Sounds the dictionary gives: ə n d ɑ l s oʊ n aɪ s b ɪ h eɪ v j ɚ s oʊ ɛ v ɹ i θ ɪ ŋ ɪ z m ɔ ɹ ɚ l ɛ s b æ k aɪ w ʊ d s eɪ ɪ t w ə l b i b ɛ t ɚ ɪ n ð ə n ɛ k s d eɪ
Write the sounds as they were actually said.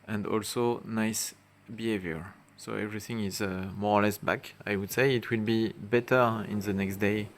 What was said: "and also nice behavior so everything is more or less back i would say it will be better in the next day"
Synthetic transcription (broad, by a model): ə n d ɑ l s oʊ n aɪ s b ɪ h eɪ v j ɚ s oʊ ɛ v ɹ i θ ɪ ŋ ɪ z m ɔ ɹ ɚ l ɛ s b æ k aɪ w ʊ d s eɪ ɪ t w ə l b i b ɛ t ɚ ɪ n ð ə n ɛ k s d eɪ